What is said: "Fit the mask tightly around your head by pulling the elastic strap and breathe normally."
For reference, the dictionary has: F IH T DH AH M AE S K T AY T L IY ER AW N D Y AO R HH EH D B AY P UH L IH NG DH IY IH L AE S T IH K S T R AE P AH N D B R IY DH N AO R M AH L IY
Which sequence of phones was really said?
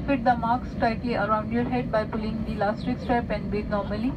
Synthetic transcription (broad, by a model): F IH T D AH M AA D K T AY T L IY ER AW N D Y AO R HH EH D B AY P UH L IH NG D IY L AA S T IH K S T R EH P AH N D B IY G N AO R M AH L IY